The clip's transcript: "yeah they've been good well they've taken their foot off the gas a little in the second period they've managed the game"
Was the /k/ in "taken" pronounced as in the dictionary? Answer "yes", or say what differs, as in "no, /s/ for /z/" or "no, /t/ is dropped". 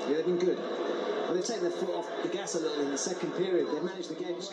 no, /k/ is dropped